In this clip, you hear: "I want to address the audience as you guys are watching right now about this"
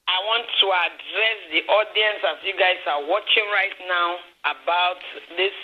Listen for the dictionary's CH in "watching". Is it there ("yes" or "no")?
yes